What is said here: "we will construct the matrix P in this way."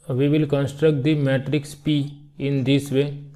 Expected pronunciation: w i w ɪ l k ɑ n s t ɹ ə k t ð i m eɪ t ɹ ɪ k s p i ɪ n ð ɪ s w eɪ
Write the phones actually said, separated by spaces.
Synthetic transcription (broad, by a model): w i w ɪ l k ɑ n s t ɹ ə k t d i m eɪ t ɹ ɪ k s p i ɪ n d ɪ s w eɪ